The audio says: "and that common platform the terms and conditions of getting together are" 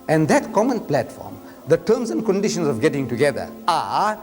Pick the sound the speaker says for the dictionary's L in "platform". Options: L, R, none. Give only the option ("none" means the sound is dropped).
L